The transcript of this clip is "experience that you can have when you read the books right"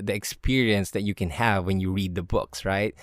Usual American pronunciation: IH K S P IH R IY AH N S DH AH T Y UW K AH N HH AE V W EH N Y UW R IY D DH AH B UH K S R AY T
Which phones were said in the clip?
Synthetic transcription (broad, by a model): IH K S P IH R IY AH N S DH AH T Y UW K AH N HH AE V W EH N Y UW R IY D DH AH B UH K S R AY T